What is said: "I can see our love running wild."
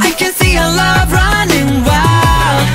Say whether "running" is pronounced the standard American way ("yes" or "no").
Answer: yes